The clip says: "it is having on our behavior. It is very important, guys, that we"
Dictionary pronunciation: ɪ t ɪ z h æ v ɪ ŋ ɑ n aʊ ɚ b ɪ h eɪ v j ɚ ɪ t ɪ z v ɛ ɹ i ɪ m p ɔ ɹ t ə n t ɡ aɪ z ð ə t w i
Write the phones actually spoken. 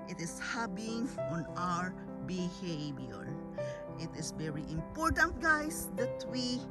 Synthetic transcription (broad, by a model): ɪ t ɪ s h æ b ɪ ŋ ɑ n aʊ ɚ b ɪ h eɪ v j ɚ ɪ t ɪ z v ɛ ɹ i ɪ m p ɔ ɹ t ə n t ɡ aɪ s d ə t w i